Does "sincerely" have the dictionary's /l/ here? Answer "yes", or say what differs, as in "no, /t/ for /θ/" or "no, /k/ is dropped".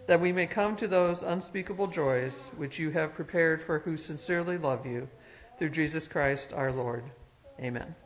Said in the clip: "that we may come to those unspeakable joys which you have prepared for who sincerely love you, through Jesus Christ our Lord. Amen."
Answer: yes